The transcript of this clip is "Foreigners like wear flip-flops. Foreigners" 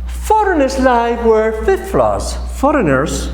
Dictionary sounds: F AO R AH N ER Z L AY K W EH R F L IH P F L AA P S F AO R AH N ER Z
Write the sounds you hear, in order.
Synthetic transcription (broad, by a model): F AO R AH N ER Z L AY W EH R F IH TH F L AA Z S F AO R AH N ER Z